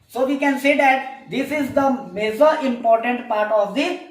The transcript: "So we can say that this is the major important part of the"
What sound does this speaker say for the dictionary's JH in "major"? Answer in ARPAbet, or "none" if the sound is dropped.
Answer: Z